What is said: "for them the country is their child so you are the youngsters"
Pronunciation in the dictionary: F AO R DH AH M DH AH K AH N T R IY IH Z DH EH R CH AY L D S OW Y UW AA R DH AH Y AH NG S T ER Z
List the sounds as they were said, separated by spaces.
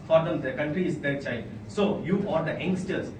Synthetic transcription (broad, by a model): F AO R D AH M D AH K AH N T R IY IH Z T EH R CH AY D S OW Y UW AA R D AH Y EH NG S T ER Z